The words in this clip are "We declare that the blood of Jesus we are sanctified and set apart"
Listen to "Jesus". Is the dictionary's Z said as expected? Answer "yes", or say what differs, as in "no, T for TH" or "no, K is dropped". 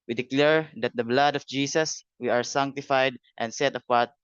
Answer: no, S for Z